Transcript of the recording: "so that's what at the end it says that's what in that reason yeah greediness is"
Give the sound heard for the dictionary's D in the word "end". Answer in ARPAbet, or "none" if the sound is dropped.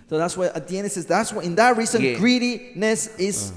none